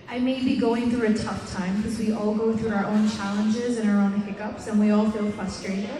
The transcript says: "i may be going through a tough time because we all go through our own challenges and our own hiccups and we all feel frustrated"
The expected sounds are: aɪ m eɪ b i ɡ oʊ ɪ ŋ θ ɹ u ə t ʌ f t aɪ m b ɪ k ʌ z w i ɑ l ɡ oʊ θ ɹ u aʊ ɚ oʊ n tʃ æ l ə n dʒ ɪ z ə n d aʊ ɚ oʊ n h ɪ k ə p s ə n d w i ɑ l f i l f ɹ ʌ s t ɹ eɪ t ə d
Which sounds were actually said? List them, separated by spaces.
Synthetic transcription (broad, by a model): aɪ m eɪ b i ɡ oʊ ɪ ŋ θ ɹ u ə t ʌ f t aɪ m k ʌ z w i ɑ l ɡ oʊ θ ɹ u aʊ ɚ oʊ n tʃ æ l ə n dʒ ɪ z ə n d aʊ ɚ oʊ n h ɪ k ə p s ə n w i ɑ l f i l f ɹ ʌ s t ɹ eɪ t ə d